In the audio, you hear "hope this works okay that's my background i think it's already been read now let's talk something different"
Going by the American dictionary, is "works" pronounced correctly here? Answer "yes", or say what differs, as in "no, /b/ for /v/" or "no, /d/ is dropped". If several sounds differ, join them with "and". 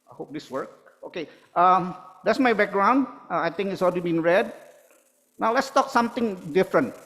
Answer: no, /s/ is dropped